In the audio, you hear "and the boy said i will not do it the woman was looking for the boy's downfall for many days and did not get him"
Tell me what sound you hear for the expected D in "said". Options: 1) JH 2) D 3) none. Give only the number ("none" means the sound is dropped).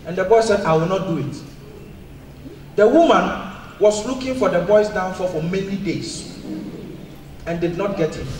2